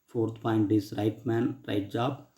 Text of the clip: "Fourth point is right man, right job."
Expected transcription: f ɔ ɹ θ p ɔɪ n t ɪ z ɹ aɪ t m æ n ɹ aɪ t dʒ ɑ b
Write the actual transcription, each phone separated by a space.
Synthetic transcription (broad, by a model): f ɔ ɹ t p ɔɪ n t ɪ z ɹ aɪ t m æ n ɹ aɪ t dʒ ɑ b